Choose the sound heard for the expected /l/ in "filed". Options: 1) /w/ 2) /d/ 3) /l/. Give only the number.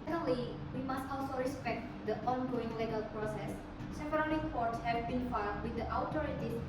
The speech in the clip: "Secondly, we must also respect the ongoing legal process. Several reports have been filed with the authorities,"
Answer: 1